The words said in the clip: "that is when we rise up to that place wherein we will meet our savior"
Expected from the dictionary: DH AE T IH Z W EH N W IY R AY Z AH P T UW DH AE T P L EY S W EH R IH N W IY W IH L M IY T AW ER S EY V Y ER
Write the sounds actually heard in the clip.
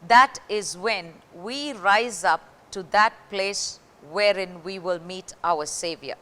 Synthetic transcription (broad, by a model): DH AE T IH Z W EH N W IY R AY Z AH P T UW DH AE T P L EY S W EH R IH N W IY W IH L M IY T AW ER S EY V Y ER